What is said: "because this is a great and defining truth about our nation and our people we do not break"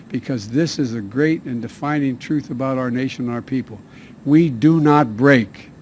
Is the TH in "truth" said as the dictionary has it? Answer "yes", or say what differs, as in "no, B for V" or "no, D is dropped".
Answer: yes